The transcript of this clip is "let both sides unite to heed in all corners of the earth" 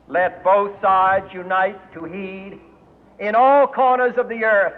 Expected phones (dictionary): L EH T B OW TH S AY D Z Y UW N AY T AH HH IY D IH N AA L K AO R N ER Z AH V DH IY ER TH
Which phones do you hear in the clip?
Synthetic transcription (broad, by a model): L EH T B OW TH S AY D Z Y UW N AY T AH HH IY D IH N AA L K AO R N ER Z AH V DH IY ER TH